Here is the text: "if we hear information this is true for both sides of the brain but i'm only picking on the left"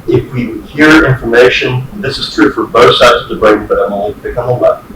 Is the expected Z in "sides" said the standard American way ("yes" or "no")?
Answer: yes